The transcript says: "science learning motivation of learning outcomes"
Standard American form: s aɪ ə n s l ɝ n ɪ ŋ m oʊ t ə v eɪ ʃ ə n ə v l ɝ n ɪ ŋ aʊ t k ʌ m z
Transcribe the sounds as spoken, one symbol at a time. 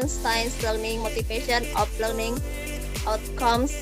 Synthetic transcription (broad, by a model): s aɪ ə n s l ɝ n ɪ ŋ m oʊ t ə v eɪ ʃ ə n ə p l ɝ n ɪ ŋ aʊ t k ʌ m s